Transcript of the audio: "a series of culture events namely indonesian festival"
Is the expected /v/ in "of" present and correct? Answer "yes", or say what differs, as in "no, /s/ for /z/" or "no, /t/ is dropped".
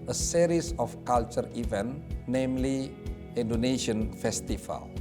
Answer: no, /f/ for /v/